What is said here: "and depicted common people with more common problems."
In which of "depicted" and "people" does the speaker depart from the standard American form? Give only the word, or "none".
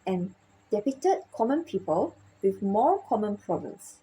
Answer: depicted